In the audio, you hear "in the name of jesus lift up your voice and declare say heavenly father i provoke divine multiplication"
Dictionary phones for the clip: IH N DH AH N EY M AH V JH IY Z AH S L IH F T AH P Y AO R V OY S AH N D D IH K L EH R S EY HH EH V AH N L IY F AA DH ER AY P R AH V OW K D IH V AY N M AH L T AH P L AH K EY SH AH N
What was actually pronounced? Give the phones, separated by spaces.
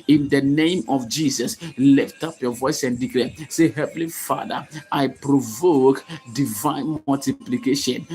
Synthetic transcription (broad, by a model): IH N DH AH N EY M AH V JH IY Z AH S L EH F T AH P Y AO V OY S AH N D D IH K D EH S EY HH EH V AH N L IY F AA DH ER AY P R AH V OW K D IH V AY N M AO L T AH P L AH K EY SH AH N